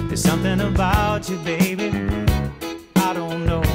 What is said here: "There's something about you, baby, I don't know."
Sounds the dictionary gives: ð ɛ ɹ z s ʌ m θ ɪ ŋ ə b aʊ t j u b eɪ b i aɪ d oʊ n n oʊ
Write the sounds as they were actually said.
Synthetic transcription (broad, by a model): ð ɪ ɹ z s ʌ m θ ɪ ŋ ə b aʊ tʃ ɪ b eɪ b i aɪ d oʊ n n oʊ